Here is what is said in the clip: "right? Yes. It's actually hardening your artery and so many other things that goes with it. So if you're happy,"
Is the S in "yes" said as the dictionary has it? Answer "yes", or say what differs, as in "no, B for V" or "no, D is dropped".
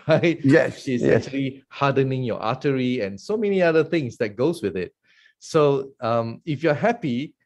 no, SH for S